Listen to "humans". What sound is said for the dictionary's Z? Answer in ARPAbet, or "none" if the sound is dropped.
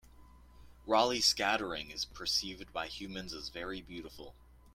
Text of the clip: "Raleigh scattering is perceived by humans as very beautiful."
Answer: Z